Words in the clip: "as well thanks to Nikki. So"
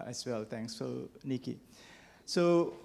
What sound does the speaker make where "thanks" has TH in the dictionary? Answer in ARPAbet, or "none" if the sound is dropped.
T